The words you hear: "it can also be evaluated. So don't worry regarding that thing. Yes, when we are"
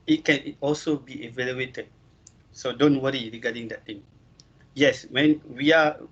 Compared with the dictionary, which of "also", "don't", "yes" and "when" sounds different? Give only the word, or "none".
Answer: none